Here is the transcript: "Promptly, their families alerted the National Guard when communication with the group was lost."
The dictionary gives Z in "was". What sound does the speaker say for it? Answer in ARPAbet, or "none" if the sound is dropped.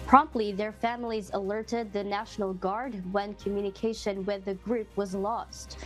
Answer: Z